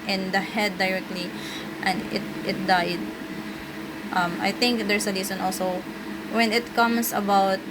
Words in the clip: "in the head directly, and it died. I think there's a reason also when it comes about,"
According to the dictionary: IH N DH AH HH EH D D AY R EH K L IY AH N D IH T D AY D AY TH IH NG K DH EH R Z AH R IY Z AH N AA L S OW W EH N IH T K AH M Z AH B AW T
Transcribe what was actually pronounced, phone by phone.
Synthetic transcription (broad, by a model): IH N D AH HH EH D D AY R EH K L IY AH N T IH T D AY D AY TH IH NG K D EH R S AH L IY S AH N AA L S OW W EH N IH T K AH M S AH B AW T